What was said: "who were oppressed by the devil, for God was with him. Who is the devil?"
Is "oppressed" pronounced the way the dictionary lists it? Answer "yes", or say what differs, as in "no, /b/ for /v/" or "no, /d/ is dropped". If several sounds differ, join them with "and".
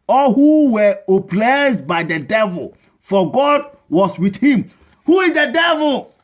no, /l/ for /ɹ/